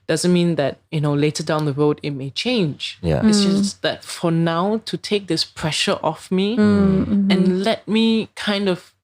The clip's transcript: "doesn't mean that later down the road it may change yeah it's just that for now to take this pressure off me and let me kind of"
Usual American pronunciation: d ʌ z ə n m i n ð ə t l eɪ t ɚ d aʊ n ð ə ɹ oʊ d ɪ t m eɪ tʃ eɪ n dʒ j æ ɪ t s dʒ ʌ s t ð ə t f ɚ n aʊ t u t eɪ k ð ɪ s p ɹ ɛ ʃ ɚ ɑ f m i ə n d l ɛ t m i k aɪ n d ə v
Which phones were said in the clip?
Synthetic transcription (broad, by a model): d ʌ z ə n m i n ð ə t l eɪ t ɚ d aʊ n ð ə ɹ oʊ d ɪ t m eɪ tʃ eɪ n dʒ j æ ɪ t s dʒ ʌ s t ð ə t f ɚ n aʊ t u t eɪ k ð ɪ s p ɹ ɛ ʃ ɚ ɑ f m i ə n l ɛ t m i k aɪ n d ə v